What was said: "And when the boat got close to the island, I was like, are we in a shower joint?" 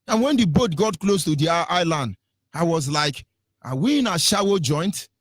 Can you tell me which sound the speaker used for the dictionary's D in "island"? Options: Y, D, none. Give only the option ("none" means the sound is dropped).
D